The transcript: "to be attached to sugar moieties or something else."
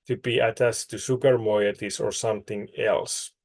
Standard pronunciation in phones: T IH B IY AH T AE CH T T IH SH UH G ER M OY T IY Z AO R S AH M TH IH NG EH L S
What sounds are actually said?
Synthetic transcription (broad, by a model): T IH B IY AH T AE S T IH S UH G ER M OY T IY S AO R S AH M TH IH NG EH L S